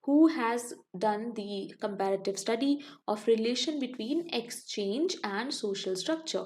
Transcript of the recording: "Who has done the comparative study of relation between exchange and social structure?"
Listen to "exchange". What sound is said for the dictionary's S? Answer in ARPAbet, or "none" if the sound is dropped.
S